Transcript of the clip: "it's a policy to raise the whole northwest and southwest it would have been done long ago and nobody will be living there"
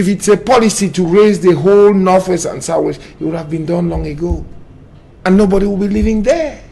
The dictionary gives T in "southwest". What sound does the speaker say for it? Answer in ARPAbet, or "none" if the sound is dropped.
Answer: none